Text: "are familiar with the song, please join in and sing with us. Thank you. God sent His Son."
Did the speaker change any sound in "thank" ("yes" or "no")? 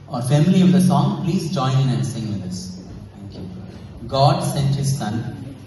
yes